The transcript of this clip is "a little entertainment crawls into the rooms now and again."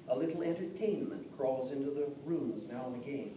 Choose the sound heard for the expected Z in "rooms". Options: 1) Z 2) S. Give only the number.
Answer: 1